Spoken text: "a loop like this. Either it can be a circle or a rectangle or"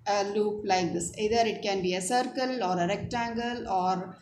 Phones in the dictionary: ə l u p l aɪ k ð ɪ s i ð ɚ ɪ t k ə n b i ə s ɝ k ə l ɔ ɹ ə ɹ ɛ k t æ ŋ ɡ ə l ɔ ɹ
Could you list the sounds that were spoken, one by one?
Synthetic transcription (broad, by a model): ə l u p l aɪ k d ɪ s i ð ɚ ɪ t k ə n b i ə s ɝ k ə l ɔ ɹ ə ɹ ɛ k t æ ŋ ɡ ə l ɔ ɹ